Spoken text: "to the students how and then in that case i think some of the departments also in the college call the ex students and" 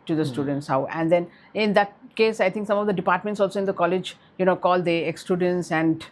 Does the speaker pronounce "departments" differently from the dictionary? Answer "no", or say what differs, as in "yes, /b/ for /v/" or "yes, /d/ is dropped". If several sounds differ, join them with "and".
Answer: no